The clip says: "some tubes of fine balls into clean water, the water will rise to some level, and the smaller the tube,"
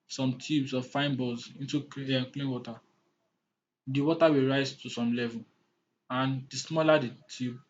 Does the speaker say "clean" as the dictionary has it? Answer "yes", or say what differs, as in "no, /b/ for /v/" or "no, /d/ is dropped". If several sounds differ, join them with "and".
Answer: yes